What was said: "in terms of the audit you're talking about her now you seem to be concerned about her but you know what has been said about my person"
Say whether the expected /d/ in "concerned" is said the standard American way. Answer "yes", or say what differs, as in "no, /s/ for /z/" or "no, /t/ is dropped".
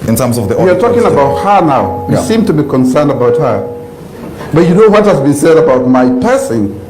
yes